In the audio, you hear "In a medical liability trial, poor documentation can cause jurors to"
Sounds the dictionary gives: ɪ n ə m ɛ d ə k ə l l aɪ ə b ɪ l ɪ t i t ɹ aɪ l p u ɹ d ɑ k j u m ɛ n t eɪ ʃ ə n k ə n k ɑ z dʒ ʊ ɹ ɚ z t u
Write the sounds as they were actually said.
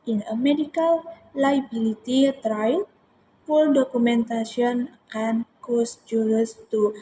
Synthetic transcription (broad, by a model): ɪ n ə m ɛ d ə k ə l l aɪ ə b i l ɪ t i t ɹ aɪ l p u l d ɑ k u m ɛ n t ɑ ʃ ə n k ə n k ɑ s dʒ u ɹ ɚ s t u